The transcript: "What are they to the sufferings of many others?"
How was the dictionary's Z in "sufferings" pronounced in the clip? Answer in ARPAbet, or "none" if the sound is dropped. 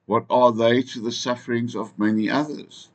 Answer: Z